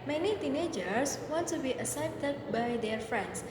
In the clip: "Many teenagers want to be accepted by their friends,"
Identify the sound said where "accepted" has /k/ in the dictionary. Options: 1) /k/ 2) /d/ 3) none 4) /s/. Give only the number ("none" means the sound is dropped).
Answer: 3